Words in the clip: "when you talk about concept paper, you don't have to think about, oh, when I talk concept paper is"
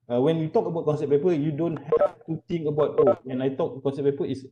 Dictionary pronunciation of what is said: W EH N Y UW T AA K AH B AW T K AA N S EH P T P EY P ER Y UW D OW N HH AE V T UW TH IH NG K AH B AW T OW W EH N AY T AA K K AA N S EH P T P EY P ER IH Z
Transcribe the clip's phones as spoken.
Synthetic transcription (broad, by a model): W EH N Y UW T AA K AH B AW T K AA N S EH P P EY P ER Y UW D OW N HH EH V T UW T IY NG AH B AW T OW W EH N AY T AA K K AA N S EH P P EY P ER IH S